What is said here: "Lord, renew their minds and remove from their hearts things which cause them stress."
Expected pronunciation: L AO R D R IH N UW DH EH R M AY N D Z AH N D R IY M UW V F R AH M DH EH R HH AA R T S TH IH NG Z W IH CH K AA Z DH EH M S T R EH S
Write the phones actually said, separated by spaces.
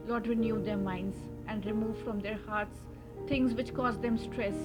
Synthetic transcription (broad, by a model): L AO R D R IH N UW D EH R M AY N D Z AH N D R IY M UW V F R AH M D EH R HH AA R T S T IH NG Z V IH CH K AA Z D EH M S T R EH S